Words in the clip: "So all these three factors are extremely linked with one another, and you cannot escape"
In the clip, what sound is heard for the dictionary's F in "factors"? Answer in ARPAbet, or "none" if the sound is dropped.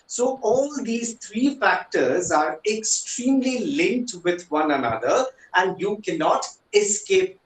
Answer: F